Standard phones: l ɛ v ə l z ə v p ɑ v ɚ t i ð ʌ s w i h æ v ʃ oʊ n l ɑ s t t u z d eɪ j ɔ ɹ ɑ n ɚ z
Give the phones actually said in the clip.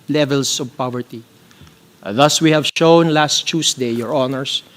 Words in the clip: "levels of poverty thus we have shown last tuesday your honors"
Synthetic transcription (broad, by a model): l ɛ v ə l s ə v p ɑ v ɚ t i ð ʌ s w i h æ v ʃ oʊ n l ɑ s t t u s d eɪ j ɔ ɹ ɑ n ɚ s